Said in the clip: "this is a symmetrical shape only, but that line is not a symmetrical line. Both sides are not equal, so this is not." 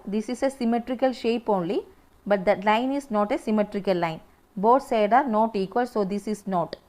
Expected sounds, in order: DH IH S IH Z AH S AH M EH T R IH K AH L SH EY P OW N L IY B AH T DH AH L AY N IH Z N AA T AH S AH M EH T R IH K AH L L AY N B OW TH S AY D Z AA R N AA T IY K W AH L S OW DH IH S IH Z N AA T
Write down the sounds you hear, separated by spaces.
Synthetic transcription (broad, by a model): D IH S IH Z AH S AH M EH T R IH K AH L SH EY P OW N L IY B AH T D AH L AY N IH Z N AA T AH S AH M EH T R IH K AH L L AY N B OW T S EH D AA R N AA T IY K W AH L S OW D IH S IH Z N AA T